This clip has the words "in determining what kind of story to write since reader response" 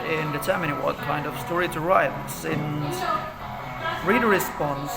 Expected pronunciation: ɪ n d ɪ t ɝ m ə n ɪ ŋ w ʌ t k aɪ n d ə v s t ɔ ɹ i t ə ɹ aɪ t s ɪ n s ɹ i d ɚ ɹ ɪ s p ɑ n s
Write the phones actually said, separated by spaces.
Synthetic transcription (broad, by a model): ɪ n d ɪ t ɝ m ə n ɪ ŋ w ʌ t k aɪ n d ə v s t ɔ ɹ i t ə ɹ aɪ t s ɪ n s ɹ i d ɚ ɹ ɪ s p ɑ n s